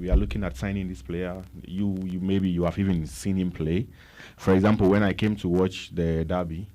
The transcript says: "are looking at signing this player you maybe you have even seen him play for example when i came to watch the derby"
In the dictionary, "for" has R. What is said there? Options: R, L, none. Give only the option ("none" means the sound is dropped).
R